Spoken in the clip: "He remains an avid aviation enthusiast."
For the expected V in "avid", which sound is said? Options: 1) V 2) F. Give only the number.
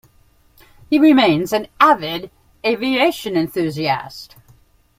1